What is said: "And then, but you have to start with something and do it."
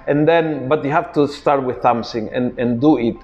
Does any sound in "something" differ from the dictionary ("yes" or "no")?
yes